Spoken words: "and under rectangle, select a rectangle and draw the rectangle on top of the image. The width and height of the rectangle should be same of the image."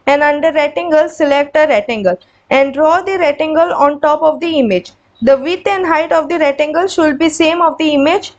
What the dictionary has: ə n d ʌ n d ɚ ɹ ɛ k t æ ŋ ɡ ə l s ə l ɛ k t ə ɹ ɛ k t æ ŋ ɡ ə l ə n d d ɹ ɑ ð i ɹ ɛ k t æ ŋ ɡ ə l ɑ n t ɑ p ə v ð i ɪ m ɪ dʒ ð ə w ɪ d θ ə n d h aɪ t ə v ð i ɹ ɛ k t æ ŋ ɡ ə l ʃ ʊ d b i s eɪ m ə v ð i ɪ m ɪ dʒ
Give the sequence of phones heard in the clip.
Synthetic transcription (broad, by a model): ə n d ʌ n d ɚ ɹ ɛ t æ ŋ ɡ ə l s ə l ɛ k t ə ɹ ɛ t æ ŋ ɡ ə l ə n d d ɹ ɑ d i ɹ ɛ t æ ŋ ɡ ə l ɑ n t ɑ p ə v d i ɪ m ɪ dʒ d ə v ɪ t ə n d h aɪ t ə v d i ɹ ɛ t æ ŋ ɡ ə l ʃ ʊ d b i s eɪ m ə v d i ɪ m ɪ dʒ